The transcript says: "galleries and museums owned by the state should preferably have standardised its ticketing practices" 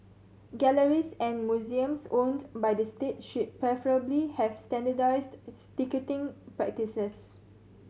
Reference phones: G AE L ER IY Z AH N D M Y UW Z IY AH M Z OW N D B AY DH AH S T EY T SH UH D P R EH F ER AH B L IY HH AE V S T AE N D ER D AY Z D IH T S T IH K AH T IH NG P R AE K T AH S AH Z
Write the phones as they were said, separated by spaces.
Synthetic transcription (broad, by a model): G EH L ER IY S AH N M Y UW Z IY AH M S OW N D B AY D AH S T EY T SH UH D P R EH F ER AH B L IY HH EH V S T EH N D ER D AY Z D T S T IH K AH T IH NG P R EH K T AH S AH S